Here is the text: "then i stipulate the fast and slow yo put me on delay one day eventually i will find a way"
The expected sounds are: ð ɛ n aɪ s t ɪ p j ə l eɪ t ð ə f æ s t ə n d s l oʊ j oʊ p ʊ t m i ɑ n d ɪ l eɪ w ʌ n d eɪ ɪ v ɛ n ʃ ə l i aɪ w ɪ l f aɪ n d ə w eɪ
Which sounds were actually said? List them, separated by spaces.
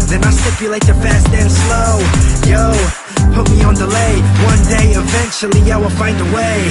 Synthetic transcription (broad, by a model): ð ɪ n aɪ s t ɪ p j ə l eɪ t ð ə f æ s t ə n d s l oʊ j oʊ p ʊ t m i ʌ n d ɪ l eɪ w ʌ n d eɪ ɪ v ɛ n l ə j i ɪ w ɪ l f aɪ n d ə w eɪ